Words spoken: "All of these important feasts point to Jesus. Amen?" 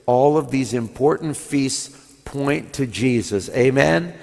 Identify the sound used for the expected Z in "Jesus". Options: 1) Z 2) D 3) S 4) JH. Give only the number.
1